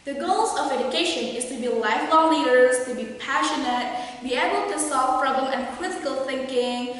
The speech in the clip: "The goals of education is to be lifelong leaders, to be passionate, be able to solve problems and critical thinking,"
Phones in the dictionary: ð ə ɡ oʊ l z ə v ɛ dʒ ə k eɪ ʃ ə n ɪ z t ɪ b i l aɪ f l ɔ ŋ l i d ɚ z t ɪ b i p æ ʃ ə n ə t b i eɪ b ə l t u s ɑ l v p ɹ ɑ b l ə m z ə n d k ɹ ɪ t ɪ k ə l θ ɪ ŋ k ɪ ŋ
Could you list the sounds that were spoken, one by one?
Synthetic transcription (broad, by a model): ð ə ɡ oʊ l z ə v ɛ dʒ ə k eɪ ʃ ə n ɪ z t ɪ b i l aɪ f l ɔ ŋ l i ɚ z t ɪ b i p æ ʃ ə n ə t b i eɪ b ə l t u s ɑ l v p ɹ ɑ b l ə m ə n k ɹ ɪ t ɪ k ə l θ ɪ ŋ k ɪ ŋ